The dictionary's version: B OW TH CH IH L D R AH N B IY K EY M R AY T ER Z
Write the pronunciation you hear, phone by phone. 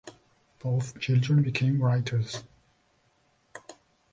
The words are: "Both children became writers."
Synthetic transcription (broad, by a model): B OW TH CH IH L D R AH N B IY K EY M R AY T ER Z